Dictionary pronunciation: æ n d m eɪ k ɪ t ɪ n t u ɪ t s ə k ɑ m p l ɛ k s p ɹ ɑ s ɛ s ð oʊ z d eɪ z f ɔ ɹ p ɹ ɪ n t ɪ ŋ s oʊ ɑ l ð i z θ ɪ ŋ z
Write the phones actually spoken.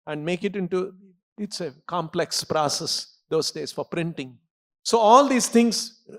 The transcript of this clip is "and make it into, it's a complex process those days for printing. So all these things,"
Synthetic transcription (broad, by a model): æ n d m eɪ k ɪ t ɪ n t u ɪ t s ə k ɑ m p l ɛ k s p ɹ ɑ s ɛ s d oʊ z d eɪ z f ɔ ɹ p ɹ ɪ n t ɪ ŋ s oʊ ɑ l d i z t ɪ ŋ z